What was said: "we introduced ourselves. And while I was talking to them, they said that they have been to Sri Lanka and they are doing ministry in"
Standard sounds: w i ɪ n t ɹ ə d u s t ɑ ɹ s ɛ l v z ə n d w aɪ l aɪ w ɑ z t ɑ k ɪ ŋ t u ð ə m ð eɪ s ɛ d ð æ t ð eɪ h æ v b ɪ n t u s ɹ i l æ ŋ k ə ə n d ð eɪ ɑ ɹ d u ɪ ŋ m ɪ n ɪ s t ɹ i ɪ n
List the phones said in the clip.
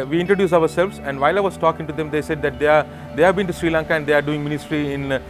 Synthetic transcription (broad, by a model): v i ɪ n t ɹ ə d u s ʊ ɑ ɹ s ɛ l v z ə n d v aɪ l aɪ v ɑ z t ɑ k ɪ ŋ t u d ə m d eɪ s ɛ d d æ t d eɪ h æ v b ɪ n t u s ɹ i l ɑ ŋ k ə ə n d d eɪ ɑ ɹ d u ɪ ŋ m ɪ n ɪ s t ɹ i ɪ n